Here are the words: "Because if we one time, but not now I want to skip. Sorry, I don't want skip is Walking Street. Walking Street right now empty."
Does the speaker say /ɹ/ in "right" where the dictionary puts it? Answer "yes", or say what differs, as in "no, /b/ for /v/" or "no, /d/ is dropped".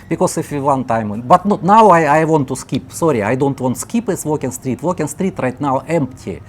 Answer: yes